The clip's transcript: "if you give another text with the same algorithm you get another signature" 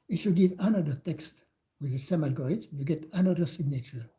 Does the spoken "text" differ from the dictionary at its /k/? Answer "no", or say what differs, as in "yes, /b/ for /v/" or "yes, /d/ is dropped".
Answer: no